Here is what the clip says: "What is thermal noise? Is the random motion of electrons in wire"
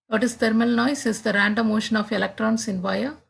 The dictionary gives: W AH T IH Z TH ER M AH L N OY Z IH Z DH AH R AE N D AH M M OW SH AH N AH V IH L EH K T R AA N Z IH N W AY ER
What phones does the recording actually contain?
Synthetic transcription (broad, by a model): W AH T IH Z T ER M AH L N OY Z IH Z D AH R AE N D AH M M OW SH AH N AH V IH L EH K T R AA N S IH N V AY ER